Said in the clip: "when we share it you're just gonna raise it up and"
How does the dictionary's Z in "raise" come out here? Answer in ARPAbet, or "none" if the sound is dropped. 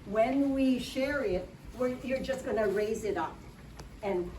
Z